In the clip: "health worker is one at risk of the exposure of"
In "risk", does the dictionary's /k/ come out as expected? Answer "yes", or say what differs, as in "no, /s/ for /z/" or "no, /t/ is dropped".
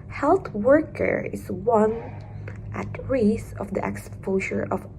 no, /k/ is dropped